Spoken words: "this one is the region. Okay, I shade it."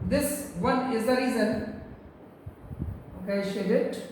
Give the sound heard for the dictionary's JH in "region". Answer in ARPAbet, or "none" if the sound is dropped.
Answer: Z